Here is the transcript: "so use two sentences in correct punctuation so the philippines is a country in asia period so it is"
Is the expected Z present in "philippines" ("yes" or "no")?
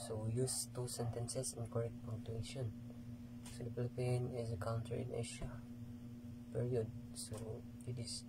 no